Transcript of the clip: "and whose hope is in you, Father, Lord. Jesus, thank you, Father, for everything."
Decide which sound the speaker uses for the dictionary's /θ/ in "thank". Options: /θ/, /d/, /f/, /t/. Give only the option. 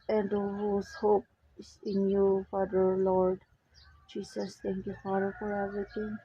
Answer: /t/